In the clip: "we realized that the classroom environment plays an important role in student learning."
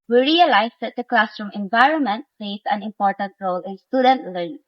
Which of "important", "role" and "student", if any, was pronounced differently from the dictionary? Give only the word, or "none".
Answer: none